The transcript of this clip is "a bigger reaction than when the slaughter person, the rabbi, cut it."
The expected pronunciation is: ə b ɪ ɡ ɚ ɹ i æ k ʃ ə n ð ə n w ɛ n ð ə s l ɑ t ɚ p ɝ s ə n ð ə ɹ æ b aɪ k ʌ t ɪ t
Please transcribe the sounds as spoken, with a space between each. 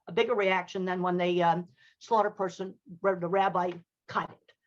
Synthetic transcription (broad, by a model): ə b ɪ ɡ ɚ ɹ i æ k ʃ ə n ð ə n w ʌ n ð ə s l ɑ t ɚ p ɝ s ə n ð ə ɹ æ b aɪ k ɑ ɪ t